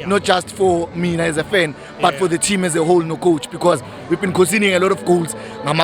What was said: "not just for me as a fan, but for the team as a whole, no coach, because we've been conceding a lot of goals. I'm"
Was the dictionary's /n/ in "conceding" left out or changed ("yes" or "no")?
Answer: yes